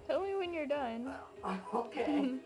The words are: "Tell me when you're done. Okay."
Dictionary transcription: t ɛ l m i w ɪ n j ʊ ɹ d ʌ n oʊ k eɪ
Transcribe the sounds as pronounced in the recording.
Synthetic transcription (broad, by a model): t ɛ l m i w ɪ n j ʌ ɹ d ʌ n oʊ k eɪ